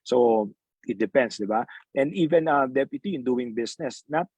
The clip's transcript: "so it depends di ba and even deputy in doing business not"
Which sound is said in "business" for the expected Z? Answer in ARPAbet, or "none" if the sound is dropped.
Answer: S